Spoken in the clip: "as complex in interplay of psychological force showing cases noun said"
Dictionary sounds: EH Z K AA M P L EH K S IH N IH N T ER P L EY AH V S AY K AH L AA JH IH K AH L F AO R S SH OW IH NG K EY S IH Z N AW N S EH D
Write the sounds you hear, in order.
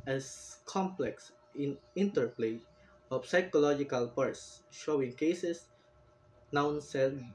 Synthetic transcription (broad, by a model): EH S K AA M P L EH K S IH N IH N T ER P L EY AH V S AY K AH L AA JH IH K AH L P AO R S SH OW IH NG K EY S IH S N AW N S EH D